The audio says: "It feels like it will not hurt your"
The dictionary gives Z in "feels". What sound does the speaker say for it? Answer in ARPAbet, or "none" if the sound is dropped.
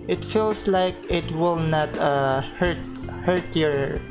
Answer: S